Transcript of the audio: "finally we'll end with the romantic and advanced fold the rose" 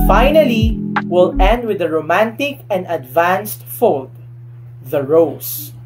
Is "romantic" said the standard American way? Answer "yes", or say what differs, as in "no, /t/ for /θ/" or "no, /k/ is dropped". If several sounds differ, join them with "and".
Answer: yes